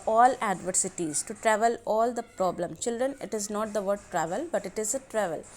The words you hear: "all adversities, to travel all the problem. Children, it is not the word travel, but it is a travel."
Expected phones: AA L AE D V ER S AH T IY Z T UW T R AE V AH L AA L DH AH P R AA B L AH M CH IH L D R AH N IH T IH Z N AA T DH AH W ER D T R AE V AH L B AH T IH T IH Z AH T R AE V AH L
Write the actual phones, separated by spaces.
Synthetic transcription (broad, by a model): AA L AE D V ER S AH T IY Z T UW T R AE V AH L AA L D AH P R AA B L AH M CH IH L D R AH N IH T IH Z N AA T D AH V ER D T R AE V AH L B AH T IH T IH Z AH T R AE V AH L